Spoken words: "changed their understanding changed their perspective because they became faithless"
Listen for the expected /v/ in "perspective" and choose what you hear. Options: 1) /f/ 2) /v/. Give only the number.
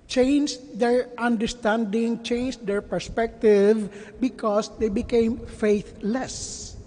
2